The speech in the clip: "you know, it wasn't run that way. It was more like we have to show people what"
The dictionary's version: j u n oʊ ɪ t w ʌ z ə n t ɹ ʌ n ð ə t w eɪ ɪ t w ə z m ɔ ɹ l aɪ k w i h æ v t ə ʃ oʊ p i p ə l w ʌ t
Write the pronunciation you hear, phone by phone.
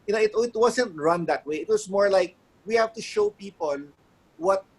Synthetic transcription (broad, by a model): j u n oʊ ɪ t w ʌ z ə n t ɹ ʌ n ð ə t w eɪ ɪ t w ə s m ɔ ɹ l aɪ k w i h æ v t ə ʃ oʊ p i p ə l w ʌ t